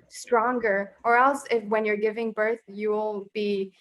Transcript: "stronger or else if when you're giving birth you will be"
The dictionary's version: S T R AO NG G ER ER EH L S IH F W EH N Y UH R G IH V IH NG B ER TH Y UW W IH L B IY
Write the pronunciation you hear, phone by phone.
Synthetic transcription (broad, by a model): S T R AO NG G ER ER EH L S IH F W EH N Y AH R G IH V IH NG B ER TH Y UW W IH L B IY